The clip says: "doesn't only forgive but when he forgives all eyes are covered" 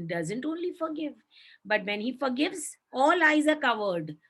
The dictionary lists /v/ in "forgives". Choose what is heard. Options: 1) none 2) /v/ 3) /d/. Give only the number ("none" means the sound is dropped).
2